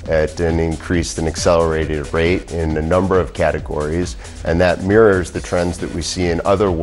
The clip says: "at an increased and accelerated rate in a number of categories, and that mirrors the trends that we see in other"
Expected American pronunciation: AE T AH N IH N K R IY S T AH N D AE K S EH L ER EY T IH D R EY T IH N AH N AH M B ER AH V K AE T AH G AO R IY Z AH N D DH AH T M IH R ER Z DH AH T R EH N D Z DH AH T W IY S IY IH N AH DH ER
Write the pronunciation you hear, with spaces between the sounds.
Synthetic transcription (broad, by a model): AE T AH N IH N K R IY S T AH N AE K S EH L ER EY T IH D R EY T IH N AH N AH M B ER AH V K AE T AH G AO R IY Z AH N DH AH T M IH R ER Z DH AH T R EH N D Z DH AH T W IY S IY IH N AH DH ER